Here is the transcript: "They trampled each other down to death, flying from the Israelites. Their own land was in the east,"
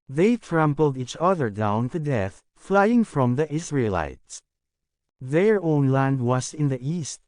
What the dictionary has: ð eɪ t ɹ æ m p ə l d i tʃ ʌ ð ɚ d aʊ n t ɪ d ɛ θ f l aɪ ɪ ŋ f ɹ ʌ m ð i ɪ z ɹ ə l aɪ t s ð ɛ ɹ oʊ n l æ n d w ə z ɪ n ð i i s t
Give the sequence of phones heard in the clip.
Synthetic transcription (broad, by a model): ð eɪ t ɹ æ m p l d i tʃ ʌ ð ɚ d aʊ n t ɪ d ɛ θ f l aɪ ɪ ŋ f ɹ ʌ m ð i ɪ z ɹ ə l aɪ t s ð ɛ ɹ oʊ n l æ n d w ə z ɪ n ð i i s t